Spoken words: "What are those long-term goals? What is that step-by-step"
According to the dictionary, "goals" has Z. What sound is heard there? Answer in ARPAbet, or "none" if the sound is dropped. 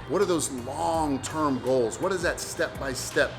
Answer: Z